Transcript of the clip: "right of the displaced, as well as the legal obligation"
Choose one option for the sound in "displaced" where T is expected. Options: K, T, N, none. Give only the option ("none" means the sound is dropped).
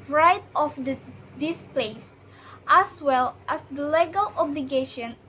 T